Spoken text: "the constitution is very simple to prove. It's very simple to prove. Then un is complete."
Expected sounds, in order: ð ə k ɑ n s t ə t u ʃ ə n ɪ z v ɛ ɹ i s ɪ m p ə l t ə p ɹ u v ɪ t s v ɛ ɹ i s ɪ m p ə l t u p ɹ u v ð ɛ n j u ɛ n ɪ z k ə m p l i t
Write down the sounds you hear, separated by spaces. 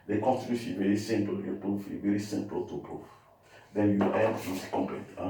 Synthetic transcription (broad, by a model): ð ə k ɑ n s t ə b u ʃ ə v ɛ ɹ i s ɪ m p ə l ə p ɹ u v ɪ v ɛ ɹ i s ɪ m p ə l t u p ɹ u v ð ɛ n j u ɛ ɪ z k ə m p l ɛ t